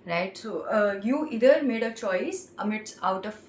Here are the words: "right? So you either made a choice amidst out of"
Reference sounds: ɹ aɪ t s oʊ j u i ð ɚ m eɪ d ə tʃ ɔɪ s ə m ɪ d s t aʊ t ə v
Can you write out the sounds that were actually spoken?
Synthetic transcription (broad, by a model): ɹ aɪ t s oʊ j u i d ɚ m eɪ d ə tʃ ɔɪ s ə m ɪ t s aʊ t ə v